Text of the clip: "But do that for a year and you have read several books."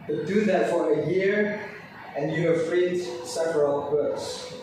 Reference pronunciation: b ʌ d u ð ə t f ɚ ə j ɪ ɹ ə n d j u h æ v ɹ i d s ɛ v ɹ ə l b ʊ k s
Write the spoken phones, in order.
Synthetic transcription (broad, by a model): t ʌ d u ð ə t f ɚ ə j ɪ ɹ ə n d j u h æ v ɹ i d s ɛ v ɹ ə l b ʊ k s